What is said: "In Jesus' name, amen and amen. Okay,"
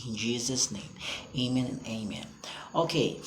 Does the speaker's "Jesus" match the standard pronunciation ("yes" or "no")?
yes